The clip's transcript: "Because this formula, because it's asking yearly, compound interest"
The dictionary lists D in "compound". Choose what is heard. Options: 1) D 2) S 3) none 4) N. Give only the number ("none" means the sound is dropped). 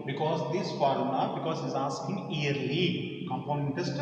3